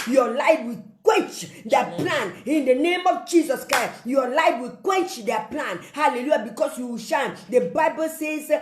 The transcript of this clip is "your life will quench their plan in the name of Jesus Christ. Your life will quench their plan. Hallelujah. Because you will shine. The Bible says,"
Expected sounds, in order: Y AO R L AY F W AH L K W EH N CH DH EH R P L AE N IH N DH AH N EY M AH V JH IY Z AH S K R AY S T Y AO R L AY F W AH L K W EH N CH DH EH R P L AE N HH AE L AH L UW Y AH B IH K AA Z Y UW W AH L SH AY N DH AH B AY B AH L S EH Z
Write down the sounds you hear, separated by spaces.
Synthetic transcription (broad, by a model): Y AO L AY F W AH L K W EH N CH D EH P L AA N IH N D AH N EY M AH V JH IY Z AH S K R AY S Y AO L AY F W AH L K W EH N CH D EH P L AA N HH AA L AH L UW Y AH B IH K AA S Y UW W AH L SH AY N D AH B AY B AH L S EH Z